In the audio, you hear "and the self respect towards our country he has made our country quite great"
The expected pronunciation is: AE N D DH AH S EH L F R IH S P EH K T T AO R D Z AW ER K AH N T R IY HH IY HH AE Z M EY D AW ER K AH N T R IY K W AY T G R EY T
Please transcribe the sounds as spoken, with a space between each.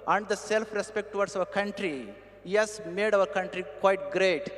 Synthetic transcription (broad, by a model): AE N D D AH S EH L F R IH S P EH K T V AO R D S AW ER K AH N T R IY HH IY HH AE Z M EY D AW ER K AH N T R IY K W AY T G R EY T